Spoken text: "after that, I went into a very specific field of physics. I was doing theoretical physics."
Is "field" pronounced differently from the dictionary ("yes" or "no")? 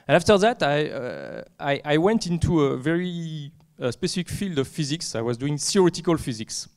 no